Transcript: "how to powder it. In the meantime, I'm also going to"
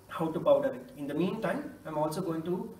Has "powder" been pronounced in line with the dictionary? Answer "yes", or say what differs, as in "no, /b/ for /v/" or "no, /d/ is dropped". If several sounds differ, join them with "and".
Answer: no, /b/ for /p/